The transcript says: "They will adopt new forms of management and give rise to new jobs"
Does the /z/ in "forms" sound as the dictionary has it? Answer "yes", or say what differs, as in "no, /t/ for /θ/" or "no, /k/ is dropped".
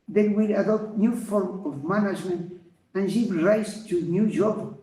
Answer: no, /z/ is dropped